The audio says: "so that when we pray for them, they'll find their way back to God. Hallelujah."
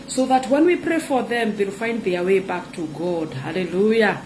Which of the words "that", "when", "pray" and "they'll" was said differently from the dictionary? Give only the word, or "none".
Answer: none